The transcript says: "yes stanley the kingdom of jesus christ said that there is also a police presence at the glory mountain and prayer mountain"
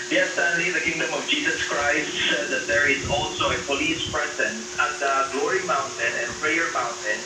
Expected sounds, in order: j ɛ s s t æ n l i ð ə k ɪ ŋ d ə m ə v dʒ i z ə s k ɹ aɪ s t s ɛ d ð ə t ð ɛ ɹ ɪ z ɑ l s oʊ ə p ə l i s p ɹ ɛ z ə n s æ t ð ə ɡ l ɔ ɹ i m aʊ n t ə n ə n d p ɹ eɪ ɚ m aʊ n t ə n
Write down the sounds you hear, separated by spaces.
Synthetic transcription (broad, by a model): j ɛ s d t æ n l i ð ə k ɪ ŋ d ə m ə v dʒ i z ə s k ɹ aɪ s t s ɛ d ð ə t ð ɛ ɹ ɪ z ɑ l s oʊ ə p ə l i s p ɹ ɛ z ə n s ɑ t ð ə ɡ l ɔ ɹ i m aʊ n t ə n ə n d p ɹ eɪ ɚ m aʊ n t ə n